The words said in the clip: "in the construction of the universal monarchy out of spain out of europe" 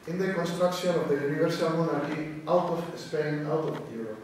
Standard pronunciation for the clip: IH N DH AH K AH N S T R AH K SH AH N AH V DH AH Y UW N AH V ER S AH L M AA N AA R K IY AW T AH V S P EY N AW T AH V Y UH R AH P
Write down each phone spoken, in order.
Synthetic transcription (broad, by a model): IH N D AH K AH N S T R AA K S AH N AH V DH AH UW N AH B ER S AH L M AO N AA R K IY AW T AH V S P EY N AW T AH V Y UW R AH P